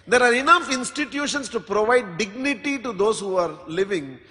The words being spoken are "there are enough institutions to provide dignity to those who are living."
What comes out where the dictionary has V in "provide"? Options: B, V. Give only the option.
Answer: V